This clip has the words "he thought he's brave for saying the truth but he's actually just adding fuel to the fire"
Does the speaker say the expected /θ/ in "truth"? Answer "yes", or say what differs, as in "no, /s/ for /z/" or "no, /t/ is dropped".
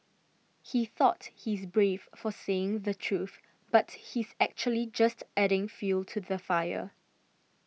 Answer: yes